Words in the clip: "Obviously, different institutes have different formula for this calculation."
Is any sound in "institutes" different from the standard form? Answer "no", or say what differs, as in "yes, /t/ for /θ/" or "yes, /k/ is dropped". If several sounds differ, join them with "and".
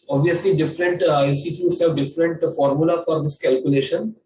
yes, /n/ is dropped